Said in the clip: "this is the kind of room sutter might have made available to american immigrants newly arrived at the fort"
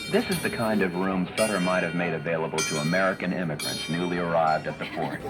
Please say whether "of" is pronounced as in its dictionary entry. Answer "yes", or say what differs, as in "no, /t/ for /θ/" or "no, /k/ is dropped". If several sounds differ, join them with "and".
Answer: yes